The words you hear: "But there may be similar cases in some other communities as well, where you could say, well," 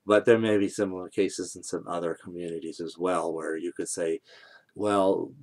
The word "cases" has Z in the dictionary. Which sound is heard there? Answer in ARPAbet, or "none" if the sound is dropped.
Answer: Z